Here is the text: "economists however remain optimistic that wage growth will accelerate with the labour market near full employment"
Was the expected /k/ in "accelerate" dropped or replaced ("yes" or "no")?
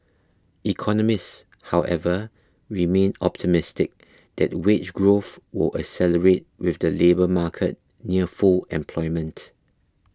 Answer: yes